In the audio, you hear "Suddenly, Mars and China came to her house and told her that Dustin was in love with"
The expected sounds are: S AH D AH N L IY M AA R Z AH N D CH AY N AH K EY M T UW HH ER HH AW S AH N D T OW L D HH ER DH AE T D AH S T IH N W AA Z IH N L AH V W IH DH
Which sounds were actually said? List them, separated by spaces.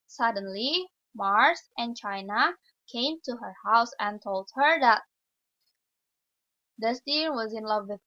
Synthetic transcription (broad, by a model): S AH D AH N L IY M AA R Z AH N CH AY N AH K EY M T UW HH ER HH AW S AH N T OW L D HH ER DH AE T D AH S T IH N W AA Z IH N L AH V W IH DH